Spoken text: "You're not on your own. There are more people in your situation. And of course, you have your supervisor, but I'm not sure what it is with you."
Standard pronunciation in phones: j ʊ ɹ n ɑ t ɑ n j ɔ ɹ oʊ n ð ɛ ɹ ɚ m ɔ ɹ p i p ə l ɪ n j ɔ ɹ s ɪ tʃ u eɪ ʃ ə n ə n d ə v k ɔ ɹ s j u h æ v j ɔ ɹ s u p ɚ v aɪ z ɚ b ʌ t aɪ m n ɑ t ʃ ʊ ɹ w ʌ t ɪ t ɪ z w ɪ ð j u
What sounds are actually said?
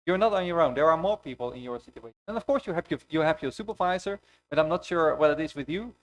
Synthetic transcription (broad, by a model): j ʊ ɹ n ɑ t ɑ n j ɔ ɹ oʊ n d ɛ ɹ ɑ m ɔ ɹ p i p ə l ɪ n j ɔ ɹ s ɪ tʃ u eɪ ə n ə n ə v k ɔ ɹ s j u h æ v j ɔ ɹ s u p ɚ v aɪ z ɚ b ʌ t aɪ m n ɑ t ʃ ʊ ɹ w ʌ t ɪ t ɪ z w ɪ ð j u